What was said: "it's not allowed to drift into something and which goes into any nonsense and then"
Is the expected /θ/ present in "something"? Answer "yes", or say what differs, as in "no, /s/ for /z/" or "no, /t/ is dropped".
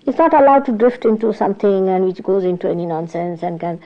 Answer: no, /t/ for /θ/